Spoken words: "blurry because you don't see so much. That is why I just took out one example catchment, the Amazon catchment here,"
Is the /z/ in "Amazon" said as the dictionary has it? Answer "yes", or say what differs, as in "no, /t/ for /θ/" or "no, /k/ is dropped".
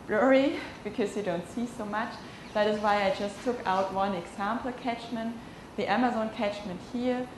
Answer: yes